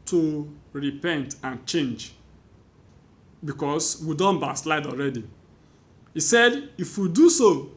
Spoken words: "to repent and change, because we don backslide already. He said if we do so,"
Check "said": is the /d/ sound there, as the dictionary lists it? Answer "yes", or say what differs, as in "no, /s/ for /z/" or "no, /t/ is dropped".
yes